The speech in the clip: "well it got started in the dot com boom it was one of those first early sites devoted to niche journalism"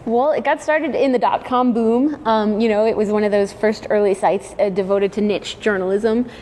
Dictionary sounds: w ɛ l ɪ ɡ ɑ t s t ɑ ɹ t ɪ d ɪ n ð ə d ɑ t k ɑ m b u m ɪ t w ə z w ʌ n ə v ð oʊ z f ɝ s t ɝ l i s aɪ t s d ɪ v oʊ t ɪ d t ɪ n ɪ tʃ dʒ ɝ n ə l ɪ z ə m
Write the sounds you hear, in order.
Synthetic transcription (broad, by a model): w ɛ l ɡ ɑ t s t ɑ ɹ t ɪ d ɪ n ð ə d ɑ t k ɑ m b u m ɪ t w ə z w ʌ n ə v ð oʊ z f ɝ s t ɝ l i s aɪ t s d ɪ v oʊ t ɪ d t ɪ n ɪ tʃ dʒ ɝ n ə l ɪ z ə m